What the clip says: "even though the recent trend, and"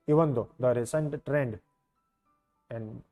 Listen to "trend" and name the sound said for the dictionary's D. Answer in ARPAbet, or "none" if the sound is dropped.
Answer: D